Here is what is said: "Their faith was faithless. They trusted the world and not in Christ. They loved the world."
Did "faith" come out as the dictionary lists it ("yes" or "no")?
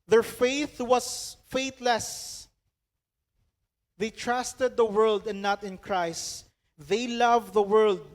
yes